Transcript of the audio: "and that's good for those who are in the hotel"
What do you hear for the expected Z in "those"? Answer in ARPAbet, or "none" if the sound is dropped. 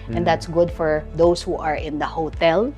S